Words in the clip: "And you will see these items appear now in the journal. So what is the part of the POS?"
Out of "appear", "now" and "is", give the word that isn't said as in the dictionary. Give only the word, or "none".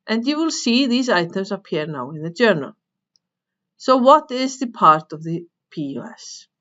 none